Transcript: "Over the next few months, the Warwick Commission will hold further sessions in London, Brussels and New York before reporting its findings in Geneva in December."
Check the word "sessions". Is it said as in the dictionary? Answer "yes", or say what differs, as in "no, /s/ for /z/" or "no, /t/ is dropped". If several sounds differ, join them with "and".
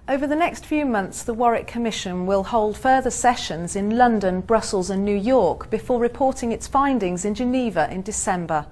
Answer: yes